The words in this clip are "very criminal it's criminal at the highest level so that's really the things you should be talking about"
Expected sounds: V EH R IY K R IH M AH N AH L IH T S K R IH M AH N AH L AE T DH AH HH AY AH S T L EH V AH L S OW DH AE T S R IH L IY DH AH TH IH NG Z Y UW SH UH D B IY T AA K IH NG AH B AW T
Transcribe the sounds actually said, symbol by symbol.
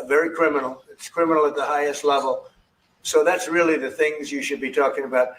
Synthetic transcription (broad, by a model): V EH R IY K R IH M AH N L IH T S K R IH M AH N L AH T DH AH HH AY AH S T L EH V AH L S OW DH AE T S R IH L IY DH AH TH IH NG Z Y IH SH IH D B IY T AA K IH NG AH B AW T